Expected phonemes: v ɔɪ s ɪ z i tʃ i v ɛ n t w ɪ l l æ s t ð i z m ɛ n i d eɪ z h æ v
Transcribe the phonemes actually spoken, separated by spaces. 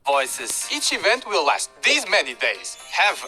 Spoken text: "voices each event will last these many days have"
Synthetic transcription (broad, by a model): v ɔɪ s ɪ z i tʃ i v ɛ n t w ɪ l l æ s t ð i z m ɛ n i d eɪ z h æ v